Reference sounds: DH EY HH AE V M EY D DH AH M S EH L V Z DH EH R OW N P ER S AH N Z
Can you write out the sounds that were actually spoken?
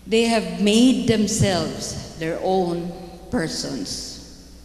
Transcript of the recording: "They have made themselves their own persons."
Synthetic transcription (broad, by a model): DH EY HH AE V M EY D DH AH M S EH L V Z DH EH R OW N P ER S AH N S